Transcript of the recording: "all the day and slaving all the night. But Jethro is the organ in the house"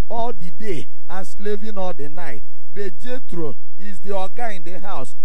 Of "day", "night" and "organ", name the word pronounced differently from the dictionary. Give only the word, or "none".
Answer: organ